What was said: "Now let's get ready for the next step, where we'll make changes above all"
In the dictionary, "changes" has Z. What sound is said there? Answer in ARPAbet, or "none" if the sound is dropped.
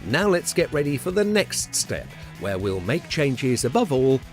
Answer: Z